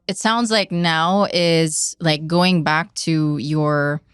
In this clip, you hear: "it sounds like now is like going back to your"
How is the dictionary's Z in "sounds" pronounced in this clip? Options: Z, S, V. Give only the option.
Z